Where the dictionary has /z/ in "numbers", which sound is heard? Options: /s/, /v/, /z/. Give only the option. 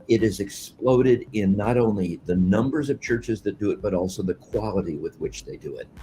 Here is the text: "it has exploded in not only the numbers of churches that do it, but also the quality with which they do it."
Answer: /z/